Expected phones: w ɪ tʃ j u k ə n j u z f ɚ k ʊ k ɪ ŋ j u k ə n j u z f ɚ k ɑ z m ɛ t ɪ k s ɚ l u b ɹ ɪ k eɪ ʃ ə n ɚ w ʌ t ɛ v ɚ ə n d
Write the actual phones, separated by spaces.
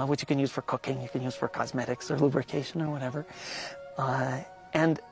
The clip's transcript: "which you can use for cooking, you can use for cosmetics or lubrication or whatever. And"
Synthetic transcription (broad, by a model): w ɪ tʃ j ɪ k ə n j u z f ɚ k ʊ k ɪ ŋ j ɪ k ə n j u z f ɚ k ɑ z m ɛ t ɪ k s ɚ l u b ɹ ɪ k eɪ ʃ ə n ɚ w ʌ t ɛ v ɚ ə n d